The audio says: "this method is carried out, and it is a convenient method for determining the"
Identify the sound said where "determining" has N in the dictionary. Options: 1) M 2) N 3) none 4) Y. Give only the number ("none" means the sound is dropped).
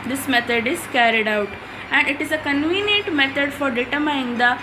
3